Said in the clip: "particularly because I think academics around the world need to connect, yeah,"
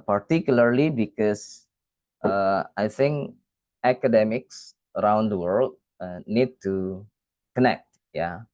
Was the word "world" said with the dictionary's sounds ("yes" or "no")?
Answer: yes